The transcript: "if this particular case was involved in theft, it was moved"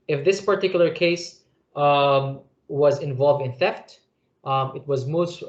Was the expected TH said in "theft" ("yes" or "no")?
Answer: yes